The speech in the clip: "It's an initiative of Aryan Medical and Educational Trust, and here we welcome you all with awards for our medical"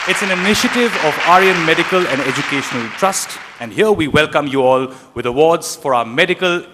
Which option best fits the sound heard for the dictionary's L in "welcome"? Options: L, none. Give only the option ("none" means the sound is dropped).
L